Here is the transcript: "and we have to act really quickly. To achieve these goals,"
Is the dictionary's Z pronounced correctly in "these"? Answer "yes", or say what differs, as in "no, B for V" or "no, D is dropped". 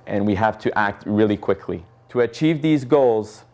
yes